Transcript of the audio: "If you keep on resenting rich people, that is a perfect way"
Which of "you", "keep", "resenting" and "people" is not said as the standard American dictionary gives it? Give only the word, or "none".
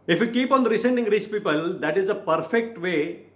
resenting